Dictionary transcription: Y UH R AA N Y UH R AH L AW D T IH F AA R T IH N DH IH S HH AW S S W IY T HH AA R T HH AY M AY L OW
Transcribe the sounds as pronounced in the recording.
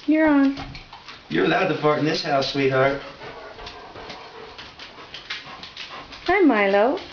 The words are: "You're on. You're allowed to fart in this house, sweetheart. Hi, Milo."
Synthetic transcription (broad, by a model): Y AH R AA N Y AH R AH L AW D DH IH P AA R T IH N DH IH S HH AW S S W IY T HH AA R T HH AY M AY L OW